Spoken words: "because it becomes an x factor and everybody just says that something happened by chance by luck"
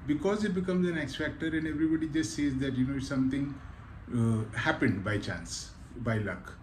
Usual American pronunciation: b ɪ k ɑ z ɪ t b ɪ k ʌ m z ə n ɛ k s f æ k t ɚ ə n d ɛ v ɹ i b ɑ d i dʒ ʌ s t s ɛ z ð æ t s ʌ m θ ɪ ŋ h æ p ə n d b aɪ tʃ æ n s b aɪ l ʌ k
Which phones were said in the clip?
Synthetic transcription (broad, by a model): b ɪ k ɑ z ɪ t b ɪ k ʌ m z ə n ɛ k s f æ k t ɚ ə n d ɛ v ɹ i b ɑ d i dʒ ʌ s t s ɛ z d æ t s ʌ m t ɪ ŋ h æ p ə n d b aɪ tʃ æ n s b aɪ l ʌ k